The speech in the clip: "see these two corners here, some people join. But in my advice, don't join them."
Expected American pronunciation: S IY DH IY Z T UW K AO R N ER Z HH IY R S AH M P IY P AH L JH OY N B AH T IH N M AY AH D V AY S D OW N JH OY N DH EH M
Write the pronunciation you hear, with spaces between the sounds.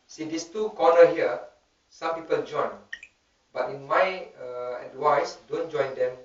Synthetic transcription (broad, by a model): S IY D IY S T UW K AO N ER HH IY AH S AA M P IY P AH L JH OY N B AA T IH N M AY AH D W AY S D OW N JH OY N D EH M